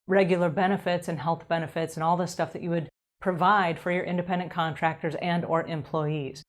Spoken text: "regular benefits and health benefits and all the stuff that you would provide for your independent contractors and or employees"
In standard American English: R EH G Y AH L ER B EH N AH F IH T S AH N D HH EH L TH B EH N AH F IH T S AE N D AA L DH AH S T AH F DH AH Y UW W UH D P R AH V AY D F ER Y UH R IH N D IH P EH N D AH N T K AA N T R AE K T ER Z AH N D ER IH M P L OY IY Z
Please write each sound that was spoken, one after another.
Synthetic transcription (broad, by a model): R EH G Y L ER B EH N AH F IH T S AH N HH EH L TH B EH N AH F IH T S N AA L DH AH S T AH F DH AH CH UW W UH D P R AH V AY D F ER Y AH R IH N D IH P EH N D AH N K AA N T R AE K T ER Z AH N D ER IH M P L OY IY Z